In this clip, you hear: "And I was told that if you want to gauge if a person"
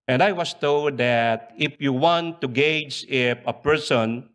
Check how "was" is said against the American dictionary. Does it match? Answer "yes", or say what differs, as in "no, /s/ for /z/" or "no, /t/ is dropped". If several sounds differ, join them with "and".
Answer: no, /s/ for /z/